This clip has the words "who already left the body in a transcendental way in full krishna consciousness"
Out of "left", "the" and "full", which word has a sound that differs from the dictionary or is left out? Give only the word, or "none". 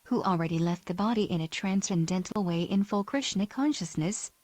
none